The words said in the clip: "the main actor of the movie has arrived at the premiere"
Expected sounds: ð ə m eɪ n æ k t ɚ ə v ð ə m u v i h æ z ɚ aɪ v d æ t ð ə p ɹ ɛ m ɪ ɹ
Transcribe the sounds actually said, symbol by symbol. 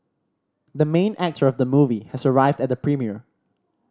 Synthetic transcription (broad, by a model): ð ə m eɪ n æ k t ɚ ə v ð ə m u v i h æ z ɚ aɪ v d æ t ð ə p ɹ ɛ m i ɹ